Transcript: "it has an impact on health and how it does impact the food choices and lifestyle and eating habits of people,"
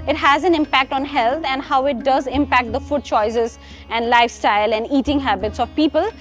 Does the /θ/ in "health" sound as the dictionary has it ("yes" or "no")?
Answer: no